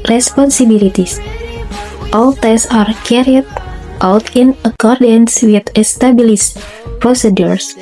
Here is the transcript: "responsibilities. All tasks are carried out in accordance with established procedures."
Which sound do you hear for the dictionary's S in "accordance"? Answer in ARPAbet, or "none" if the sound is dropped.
S